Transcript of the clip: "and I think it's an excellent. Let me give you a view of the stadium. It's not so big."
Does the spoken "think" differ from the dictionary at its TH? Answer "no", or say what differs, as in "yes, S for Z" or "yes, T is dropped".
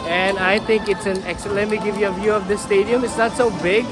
yes, T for TH